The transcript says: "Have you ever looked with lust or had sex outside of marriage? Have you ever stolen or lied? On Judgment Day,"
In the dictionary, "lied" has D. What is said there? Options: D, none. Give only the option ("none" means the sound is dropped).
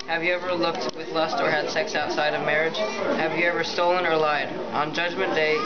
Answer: D